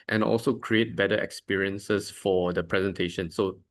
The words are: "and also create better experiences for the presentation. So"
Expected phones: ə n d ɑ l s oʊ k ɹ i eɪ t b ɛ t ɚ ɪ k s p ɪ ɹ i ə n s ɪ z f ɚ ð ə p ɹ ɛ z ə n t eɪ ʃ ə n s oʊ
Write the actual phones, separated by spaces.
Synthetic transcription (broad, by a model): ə n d ɑ l s oʊ k ɹ i eɪ t b ɛ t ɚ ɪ k s p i ɹ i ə n s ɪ s f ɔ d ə p ɹ ɛ z ə n t eɪ ʃ ə n s oʊ